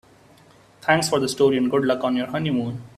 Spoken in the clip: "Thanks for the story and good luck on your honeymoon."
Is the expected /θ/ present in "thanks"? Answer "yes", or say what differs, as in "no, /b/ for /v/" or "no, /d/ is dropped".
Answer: no, /t/ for /θ/